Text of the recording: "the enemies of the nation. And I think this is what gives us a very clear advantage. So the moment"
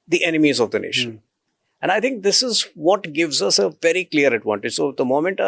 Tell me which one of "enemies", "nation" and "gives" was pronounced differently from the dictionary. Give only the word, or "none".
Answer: none